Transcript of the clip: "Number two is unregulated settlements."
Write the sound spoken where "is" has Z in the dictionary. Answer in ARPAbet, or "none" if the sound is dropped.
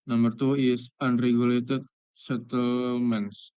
S